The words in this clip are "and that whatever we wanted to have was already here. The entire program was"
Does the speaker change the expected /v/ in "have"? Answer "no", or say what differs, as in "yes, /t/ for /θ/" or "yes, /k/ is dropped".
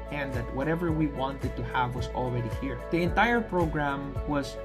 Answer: no